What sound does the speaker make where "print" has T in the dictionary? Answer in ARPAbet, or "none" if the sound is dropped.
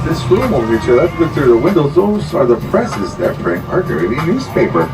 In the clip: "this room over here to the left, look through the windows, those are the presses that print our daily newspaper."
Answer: none